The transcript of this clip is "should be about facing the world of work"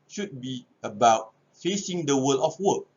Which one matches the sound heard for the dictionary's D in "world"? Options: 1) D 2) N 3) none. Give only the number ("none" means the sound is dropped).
3